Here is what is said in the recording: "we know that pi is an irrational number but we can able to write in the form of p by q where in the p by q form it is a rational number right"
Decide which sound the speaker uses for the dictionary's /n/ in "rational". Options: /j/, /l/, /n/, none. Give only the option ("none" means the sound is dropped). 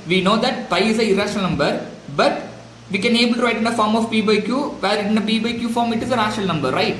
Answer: none